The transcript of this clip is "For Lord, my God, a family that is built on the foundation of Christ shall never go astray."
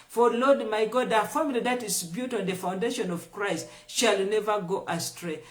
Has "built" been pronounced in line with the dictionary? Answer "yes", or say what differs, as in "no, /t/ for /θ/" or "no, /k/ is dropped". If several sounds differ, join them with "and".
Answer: no, /l/ is dropped